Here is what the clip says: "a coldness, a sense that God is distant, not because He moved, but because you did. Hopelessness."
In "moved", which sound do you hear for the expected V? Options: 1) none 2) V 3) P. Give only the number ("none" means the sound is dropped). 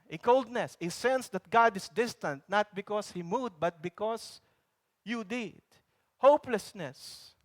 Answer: 1